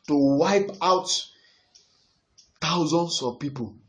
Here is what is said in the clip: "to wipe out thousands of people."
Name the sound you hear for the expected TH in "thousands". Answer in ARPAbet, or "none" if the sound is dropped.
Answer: T